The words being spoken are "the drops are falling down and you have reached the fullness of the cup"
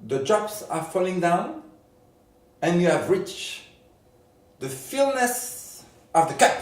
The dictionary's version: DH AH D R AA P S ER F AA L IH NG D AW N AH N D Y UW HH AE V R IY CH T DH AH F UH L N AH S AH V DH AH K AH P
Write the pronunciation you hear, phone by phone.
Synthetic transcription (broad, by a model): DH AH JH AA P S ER F AA L IH NG D AW N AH N Y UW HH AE V R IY CH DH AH F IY L N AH S AH V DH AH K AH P